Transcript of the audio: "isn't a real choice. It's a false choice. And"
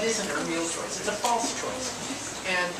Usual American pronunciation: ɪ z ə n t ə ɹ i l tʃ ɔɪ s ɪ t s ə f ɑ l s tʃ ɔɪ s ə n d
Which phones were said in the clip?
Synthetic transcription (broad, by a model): ɪ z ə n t ə ɹ i l tʃ ɔɪ s ɪ t s ə f ɑ l s tʃ ɔɪ s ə n